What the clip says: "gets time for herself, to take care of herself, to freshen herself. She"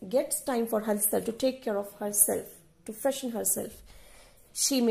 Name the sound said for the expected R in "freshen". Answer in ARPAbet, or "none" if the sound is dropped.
none